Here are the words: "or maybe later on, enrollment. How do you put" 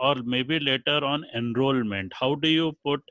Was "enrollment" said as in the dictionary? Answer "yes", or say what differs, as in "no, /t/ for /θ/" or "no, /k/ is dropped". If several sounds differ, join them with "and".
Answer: yes